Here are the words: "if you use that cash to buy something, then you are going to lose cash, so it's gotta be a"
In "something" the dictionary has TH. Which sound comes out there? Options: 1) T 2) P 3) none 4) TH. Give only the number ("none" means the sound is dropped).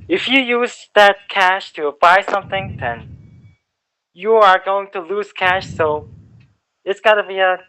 4